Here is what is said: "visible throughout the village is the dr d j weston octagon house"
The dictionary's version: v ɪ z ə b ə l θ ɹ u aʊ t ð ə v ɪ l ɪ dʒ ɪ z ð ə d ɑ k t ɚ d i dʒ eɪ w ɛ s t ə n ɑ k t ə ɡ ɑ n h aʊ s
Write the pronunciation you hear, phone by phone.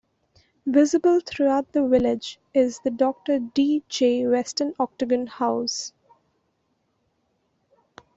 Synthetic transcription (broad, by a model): v ɪ z ə b ə l t ɹ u aʊ t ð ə v ɪ l ɪ dʒ ɪ z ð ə d ɑ k t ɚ d i dʒ eɪ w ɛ s t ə n ɑ k t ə ɡ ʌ n h aʊ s